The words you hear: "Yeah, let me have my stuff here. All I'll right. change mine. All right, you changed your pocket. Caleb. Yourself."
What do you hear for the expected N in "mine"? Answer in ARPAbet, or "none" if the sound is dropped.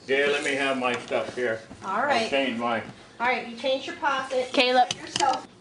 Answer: none